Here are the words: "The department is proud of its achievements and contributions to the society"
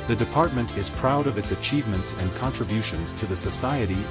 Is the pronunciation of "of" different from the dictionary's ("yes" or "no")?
no